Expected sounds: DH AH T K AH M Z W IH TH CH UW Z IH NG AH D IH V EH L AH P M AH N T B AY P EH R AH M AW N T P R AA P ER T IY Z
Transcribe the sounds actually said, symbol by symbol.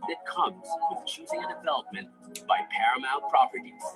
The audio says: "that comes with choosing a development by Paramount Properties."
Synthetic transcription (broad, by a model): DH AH T K AH M Z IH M CH UW Z IH NG AH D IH V EH L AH P M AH N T B AY P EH R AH M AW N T P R AA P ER T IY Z